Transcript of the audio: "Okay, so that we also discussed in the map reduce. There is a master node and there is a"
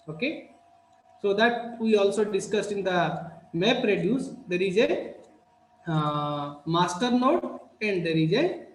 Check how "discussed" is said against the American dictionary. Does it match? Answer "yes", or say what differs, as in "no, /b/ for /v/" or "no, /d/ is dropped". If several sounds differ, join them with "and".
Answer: yes